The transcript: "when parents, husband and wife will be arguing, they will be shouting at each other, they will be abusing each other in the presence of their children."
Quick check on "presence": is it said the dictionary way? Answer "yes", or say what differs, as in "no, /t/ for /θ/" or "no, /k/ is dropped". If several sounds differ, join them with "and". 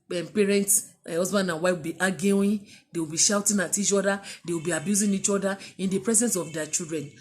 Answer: yes